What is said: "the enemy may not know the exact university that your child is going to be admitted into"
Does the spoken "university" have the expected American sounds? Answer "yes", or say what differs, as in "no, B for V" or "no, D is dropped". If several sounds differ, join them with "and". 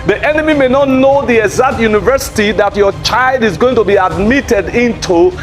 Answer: yes